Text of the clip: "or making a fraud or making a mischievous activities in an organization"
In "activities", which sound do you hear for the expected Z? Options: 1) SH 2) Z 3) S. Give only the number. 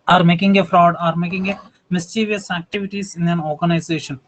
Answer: 3